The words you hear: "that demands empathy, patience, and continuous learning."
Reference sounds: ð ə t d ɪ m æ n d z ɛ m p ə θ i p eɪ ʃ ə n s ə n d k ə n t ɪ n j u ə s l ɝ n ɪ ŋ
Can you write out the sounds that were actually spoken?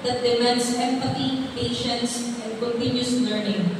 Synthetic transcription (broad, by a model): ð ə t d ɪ m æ n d s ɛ m p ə t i p eɪ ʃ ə n s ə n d k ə n t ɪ n j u s l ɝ n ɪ ŋ